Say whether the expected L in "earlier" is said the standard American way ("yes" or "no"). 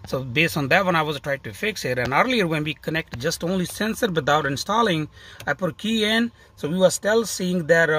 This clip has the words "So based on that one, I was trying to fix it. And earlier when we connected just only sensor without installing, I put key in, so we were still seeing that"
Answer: yes